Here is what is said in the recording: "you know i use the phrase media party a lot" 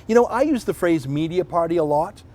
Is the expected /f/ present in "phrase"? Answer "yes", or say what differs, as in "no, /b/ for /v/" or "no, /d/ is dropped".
yes